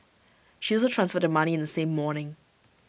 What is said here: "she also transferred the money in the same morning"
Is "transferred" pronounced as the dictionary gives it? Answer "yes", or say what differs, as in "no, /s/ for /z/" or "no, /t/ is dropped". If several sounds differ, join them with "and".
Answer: yes